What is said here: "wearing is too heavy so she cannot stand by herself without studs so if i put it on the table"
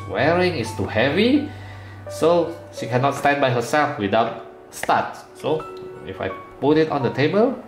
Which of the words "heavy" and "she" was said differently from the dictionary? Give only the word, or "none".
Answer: none